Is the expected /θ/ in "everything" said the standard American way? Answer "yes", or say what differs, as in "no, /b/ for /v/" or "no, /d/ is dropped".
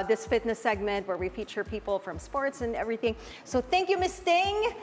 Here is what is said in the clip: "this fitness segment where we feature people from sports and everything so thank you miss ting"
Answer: yes